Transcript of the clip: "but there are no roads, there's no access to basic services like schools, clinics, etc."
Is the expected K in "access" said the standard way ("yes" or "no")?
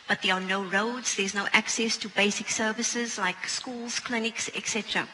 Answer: yes